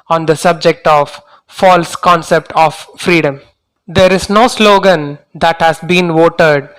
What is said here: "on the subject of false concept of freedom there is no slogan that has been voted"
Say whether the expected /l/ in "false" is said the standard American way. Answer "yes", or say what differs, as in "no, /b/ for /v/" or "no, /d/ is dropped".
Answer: yes